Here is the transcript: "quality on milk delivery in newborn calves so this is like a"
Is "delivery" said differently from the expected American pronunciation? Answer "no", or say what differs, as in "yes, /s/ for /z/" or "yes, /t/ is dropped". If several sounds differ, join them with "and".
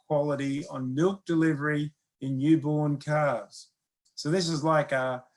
no